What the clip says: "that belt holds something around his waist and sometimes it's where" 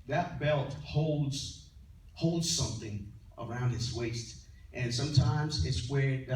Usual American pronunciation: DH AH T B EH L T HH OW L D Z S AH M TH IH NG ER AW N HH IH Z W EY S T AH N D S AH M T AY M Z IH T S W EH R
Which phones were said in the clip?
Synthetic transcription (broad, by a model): DH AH T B EH L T HH OW L D Z S AH M TH IH NG ER AW N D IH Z W EY S T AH N S AH M T AY M Z IH T S W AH R